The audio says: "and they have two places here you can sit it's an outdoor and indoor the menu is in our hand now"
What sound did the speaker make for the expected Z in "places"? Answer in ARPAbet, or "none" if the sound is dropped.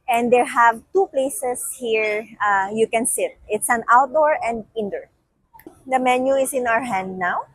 S